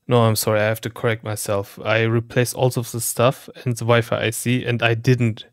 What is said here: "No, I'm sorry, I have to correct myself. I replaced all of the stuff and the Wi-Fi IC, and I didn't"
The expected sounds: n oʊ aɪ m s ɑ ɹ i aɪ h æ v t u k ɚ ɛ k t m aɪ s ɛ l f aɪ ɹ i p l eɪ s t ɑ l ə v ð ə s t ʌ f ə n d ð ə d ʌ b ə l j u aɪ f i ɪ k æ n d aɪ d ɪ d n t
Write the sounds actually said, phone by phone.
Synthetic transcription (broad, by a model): n oʊ aɪ m s ɑ ɹ i aɪ h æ f t u k ɚ ɛ k t m aɪ s ɛ l f aɪ ɹ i p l eɪ s ɑ l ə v ð ə s t ʌ f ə n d ð ə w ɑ ə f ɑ aɪ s i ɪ n d aɪ d ɪ d n t